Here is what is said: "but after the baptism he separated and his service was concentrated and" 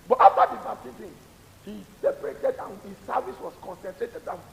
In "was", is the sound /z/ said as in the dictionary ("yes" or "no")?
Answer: no